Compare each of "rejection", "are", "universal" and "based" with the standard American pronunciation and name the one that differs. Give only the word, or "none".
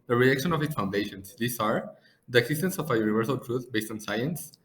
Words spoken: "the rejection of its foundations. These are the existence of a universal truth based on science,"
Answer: rejection